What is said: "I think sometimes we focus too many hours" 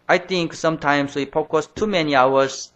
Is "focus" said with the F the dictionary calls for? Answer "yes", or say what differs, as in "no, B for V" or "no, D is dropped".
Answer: no, P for F